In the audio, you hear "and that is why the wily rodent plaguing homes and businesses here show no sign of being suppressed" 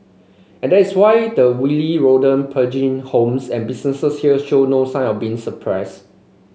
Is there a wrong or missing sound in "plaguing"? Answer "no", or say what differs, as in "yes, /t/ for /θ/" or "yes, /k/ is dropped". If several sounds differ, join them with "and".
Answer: yes, /l/ is dropped